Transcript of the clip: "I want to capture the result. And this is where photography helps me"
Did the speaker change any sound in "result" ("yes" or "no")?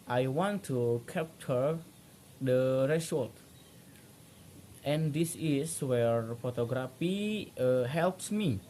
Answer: yes